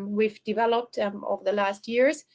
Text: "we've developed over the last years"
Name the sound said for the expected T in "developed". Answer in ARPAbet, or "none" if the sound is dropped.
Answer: T